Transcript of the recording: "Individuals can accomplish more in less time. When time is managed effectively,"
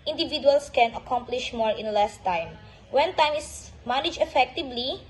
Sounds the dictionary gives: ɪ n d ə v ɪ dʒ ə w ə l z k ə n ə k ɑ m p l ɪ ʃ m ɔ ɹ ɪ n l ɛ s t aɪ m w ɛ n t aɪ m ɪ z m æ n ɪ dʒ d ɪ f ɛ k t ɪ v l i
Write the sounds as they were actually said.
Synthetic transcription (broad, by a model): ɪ n d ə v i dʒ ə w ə l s k ə n ə k ɑ m p l ɪ ʃ m ɔ ɹ ɪ n l ɛ s t aɪ m w ɛ n t aɪ m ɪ s m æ n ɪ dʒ ɪ f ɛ k t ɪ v l i